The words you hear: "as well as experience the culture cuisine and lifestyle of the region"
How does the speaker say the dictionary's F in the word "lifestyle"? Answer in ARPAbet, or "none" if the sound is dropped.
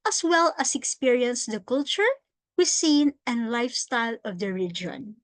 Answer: F